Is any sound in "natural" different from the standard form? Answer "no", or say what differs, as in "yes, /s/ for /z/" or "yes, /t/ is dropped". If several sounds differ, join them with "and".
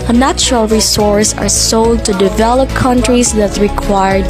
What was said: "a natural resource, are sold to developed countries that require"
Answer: no